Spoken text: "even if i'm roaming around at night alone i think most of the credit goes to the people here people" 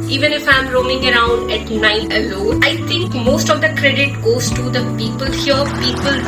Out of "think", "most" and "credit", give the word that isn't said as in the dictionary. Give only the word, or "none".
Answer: think